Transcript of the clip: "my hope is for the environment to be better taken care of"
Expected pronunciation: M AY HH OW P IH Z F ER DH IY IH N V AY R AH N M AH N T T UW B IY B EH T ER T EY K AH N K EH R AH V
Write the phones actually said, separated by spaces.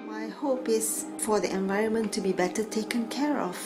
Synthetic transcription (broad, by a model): M AY HH OW P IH S F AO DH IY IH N V AY R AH N M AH N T T UW B IY B EH T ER T EY K AH N K EH R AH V